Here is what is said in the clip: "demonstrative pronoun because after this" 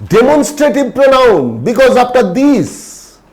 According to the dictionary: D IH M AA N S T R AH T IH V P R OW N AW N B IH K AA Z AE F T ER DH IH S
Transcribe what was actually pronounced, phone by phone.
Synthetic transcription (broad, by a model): D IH M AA N S T R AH T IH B P R OW N AW N B IH K AA Z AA P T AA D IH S